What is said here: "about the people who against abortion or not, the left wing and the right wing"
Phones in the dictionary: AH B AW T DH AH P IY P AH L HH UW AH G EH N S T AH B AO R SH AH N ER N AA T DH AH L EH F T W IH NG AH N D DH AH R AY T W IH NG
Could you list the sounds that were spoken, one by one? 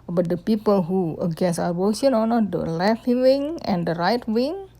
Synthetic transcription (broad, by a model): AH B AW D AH P IY P AH L HH UW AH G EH N S AH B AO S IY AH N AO N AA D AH L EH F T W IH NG AH N D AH R AY T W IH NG